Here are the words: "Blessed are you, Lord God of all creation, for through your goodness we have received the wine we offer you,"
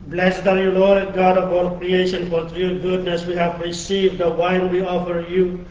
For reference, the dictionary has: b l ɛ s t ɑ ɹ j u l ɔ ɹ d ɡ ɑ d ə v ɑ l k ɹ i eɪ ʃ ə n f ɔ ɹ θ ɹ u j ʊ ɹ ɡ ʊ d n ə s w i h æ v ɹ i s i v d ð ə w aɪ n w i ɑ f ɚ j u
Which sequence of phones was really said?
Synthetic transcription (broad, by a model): b l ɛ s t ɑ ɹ j u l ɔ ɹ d ɡ ɑ d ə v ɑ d k ɹ i eɪ ʃ ə n f ɔ ɹ t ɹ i ɡ ʊ d n ə s w i h æ v ɹ i s i v d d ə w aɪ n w i ɑ f ɚ j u